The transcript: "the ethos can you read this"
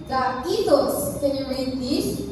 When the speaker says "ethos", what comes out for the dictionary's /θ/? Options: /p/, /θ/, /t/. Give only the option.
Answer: /t/